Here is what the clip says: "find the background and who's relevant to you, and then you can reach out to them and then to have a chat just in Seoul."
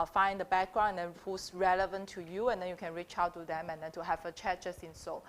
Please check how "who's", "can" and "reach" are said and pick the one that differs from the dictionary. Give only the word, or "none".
who's